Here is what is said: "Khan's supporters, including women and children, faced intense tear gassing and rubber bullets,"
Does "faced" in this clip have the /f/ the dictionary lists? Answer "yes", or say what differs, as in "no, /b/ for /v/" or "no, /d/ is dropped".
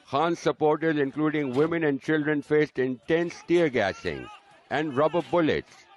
yes